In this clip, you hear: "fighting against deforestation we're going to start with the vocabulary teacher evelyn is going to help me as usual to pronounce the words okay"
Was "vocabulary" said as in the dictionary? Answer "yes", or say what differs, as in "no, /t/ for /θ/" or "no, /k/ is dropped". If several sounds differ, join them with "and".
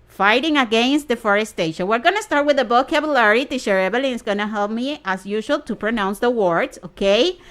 no, /b/ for /v/